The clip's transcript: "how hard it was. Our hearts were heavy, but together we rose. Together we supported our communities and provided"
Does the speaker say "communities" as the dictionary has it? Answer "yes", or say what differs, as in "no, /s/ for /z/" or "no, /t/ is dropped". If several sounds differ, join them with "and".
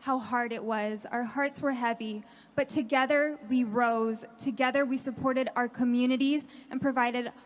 yes